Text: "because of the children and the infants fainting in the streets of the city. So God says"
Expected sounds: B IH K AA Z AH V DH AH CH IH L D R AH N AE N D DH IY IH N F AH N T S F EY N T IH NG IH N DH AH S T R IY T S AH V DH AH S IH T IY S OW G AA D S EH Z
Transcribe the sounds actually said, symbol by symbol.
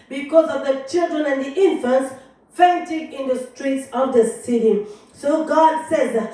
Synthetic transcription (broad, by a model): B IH K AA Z AH V DH AH CH IH L D R AH N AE N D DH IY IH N F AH N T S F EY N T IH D IH N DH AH S T R IY T S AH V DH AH S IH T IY S OW G AA D S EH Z